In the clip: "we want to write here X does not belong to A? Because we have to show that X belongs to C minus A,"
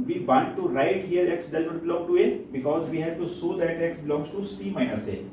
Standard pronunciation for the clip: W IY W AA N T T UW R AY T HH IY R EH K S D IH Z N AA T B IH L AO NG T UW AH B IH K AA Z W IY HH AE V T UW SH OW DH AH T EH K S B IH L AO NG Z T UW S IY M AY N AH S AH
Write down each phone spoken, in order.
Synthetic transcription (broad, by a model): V IY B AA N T T UW R AY T HH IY R EH K S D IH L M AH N B IH L AO NG T UW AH B IH K AA Z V IY HH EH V T UW S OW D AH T EH K S B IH L AO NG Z T UW S IY M AY N AH S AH